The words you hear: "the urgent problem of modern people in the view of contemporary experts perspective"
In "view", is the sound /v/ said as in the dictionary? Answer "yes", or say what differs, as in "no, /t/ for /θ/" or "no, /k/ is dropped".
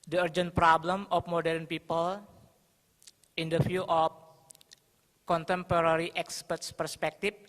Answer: no, /f/ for /v/